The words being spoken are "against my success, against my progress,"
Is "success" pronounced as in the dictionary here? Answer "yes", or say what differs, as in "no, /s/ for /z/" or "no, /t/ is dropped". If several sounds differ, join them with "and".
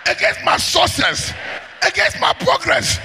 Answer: no, /k/ is dropped